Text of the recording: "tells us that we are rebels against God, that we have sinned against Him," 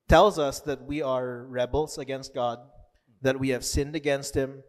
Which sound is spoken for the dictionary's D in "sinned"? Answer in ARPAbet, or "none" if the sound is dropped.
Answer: D